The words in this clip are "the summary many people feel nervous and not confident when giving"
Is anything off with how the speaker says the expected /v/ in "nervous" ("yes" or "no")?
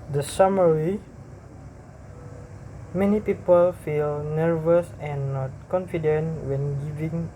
no